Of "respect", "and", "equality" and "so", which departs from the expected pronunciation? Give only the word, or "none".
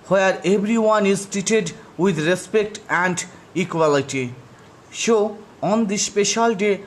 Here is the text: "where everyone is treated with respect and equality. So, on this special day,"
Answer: so